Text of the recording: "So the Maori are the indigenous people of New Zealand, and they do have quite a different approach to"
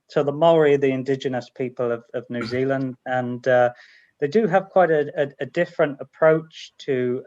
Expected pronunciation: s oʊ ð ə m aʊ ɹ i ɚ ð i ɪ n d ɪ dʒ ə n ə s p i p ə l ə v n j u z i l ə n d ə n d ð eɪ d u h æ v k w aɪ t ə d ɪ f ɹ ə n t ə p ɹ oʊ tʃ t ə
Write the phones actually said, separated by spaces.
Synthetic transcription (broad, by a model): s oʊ ð ə m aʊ ɹ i ð i ɪ n d ɪ dʒ ə n ə s p i p ə l ə v n j u z i l ə n d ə n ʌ ð eɪ d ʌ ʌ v k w aɪ t ə d ɪ f ɹ ə n t ə p ɹ oʊ tʃ t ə